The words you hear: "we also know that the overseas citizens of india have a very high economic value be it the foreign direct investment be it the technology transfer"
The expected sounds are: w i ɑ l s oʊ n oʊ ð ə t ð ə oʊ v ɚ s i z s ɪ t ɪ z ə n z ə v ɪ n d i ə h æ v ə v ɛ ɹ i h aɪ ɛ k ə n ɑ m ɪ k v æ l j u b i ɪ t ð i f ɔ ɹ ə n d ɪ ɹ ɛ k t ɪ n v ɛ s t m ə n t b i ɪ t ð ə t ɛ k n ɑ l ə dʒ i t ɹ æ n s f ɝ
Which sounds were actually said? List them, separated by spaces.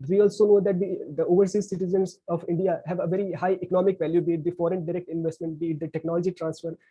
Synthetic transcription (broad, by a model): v i ɑ l s oʊ n oʊ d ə t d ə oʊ v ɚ s i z s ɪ t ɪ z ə n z ə v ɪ n d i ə h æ v ə v ɛ ɹ i h aɪ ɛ k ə n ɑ m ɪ k v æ l j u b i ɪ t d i f ɔ ɹ ə n d ɪ ɹ ɛ k t ɪ n v ɛ s t m ə n t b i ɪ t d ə t ɛ k n ɑ l ə dʒ i t ɹ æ n s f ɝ